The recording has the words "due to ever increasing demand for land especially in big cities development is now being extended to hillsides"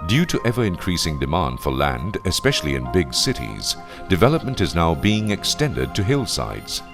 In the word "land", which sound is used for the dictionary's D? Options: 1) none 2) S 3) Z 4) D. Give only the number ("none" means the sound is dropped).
4